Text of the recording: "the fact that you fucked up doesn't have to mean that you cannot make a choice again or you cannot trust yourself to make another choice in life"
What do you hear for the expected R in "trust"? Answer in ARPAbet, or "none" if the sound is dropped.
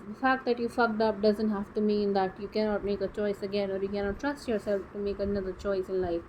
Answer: R